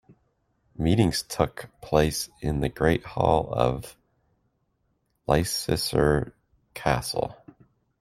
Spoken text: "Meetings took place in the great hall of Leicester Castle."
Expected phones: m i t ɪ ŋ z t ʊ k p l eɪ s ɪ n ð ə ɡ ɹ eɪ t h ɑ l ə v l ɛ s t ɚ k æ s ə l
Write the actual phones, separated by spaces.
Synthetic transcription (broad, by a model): m i t ɪ ŋ z t ʊ k p l eɪ s ɪ n ð ə ɡ ɹ eɪ t h ɑ l ə v l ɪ s s ɚ k æ s l